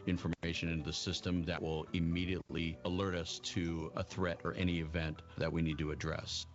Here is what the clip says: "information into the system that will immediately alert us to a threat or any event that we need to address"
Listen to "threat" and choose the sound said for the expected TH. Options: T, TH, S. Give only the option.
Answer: TH